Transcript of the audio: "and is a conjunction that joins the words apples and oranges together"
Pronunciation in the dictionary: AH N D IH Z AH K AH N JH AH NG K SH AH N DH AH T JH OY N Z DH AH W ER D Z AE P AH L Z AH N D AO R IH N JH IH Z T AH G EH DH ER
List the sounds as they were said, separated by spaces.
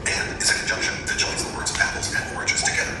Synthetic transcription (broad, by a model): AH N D IH Z AH K N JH AH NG K SH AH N DH AH T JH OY N Z DH AH W ER D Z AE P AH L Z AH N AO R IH JH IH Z T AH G EH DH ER